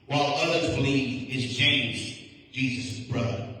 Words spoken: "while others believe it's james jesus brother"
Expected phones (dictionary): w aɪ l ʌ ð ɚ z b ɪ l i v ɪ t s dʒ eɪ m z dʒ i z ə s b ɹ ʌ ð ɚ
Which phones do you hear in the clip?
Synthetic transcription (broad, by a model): w aɪ l ʌ ð ɚ z b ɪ l i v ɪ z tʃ eɪ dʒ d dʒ i z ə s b ɹ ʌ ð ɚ